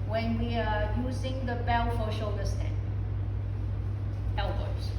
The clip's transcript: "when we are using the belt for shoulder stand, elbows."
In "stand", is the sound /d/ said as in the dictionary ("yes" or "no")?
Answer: no